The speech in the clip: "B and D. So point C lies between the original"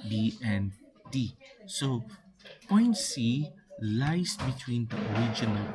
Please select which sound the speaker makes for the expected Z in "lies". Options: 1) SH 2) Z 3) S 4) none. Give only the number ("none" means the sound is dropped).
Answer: 3